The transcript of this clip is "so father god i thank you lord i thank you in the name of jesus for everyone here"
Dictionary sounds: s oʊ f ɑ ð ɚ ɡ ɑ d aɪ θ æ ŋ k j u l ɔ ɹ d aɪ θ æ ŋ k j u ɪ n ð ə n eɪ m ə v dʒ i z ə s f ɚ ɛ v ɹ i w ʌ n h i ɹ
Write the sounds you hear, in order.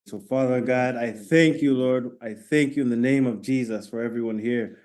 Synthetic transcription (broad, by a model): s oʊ f ɑ ð ɚ ɡ ɑ d aɪ θ æ ŋ k j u l ɔ ɹ d aɪ θ æ ŋ k j u ɪ n ð ə n eɪ m ə v dʒ i z ə s f ɚ ɛ v ɹ i w ʌ n h i ɹ